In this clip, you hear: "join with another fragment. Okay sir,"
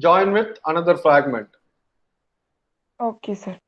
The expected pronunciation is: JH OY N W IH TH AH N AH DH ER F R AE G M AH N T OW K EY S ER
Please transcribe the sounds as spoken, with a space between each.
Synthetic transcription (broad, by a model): JH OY N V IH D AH N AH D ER F R AE G M AH N T OW K EY S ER